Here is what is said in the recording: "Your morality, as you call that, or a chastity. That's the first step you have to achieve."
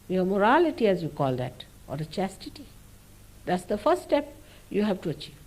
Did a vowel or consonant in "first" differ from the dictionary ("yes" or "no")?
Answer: yes